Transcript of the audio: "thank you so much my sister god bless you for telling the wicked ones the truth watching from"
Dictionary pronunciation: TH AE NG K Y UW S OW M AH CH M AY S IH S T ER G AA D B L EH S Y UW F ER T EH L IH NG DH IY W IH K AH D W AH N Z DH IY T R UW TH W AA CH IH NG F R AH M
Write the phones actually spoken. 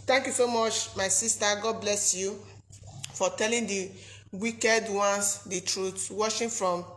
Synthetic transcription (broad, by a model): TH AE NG K Y UW S OW M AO CH M AY S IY S T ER G AA D B L EH S Y UW F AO T EH L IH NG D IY W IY K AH D W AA N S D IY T R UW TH W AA SH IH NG F R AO M